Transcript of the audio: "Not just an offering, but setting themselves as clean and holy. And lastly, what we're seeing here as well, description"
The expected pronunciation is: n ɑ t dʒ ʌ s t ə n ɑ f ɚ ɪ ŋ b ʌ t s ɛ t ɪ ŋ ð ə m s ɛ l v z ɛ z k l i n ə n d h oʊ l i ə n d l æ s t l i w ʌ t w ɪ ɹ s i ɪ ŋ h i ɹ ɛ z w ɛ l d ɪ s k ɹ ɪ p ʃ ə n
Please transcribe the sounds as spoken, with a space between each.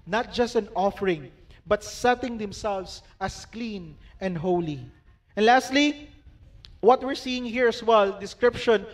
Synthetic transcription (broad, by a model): n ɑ t dʒ ʌ s t ə n ɑ f ɚ ɪ ŋ b ʌ t s ɛ t ɪ ŋ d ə m s ɛ l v s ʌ s k l i n ə n d h oʊ l i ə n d l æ s t l i w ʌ t w ɪ ɹ s i ɪ ŋ h i ɹ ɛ s w ɛ l d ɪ s k ɹ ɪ p ʃ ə n